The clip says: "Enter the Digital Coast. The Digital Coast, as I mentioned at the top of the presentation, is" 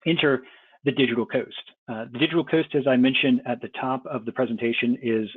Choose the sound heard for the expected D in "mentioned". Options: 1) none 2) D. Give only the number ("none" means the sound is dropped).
2